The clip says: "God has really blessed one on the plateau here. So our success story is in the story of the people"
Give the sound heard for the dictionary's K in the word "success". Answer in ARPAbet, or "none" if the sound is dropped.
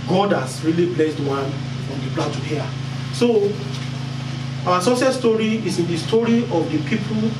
none